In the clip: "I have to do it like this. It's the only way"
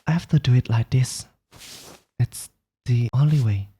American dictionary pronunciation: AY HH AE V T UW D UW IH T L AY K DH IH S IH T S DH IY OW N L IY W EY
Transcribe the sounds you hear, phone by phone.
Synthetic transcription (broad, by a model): AY HH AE F T UW D UW IH T L AY K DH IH S IH T S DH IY OW N L IY W EY